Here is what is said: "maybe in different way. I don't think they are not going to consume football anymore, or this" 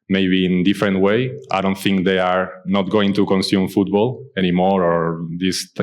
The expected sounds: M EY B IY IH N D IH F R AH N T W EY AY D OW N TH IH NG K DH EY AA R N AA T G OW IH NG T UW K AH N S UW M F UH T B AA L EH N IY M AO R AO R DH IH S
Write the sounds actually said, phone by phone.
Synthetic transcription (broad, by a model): M EY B IY N D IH F R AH N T W EY AY D OW N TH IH NG K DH EY AA R N AA T G OW IH NG T UW K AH N S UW M F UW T B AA L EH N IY M AO R AO R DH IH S